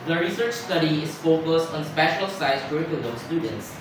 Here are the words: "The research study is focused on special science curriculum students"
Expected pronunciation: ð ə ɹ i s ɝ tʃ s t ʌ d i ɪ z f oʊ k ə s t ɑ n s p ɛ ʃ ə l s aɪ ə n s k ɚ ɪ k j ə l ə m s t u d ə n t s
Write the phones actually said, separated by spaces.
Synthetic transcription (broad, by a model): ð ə ɹ i s ɝ tʃ s t ʌ d i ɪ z f oʊ k ə s t ɑ n s p ɛ ʃ ə l s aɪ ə s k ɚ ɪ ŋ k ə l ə s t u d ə n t s